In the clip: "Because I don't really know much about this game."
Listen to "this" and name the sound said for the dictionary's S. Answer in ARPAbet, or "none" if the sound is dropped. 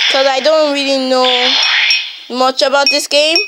S